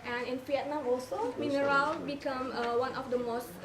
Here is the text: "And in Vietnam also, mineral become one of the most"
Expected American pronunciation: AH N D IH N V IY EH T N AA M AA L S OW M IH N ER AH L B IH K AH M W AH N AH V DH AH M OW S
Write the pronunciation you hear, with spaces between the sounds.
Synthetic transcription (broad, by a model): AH N IH N P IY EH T N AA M AA L S OW M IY N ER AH L B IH K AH M W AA N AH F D AH M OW S